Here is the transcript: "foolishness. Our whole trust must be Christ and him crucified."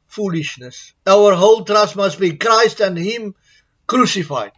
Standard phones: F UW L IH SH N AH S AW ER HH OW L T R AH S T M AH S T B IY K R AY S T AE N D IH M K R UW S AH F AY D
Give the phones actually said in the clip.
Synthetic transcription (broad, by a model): F UW L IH SH N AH S AW ER HH OW L T R AH S T M AH S T B IY K R AY S T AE N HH IH M K R UW S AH F AY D